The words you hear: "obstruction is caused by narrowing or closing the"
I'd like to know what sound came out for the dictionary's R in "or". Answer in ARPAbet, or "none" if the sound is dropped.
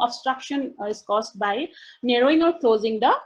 L